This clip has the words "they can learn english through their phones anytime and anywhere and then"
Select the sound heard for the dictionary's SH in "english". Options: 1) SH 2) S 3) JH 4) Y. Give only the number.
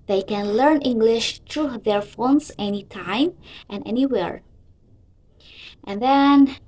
1